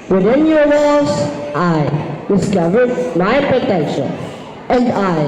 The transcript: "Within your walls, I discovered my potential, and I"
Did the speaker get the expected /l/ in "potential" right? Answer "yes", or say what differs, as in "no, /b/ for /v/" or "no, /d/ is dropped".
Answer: no, /n/ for /l/